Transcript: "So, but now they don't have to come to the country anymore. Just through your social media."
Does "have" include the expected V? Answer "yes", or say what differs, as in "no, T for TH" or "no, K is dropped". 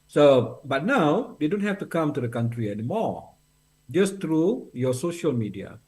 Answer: no, F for V